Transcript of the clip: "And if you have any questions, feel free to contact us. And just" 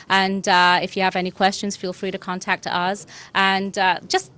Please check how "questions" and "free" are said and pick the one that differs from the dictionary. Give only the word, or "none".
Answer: none